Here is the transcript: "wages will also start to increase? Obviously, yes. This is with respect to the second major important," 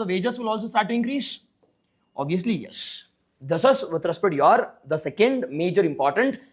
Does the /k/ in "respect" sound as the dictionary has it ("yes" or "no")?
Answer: no